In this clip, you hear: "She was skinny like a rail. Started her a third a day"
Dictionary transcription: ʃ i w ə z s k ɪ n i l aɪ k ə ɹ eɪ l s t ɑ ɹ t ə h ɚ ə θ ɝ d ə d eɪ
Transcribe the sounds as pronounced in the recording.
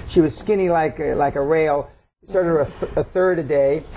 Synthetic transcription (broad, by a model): ʃ i w ə z s k ɪ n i l aɪ k ə ɹ eɪ l s t ɑ ɹ t ə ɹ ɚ ə θ ɝ d ə d eɪ